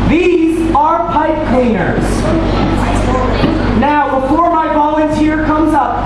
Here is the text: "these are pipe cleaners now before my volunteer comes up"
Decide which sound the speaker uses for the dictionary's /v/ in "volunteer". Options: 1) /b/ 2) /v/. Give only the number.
1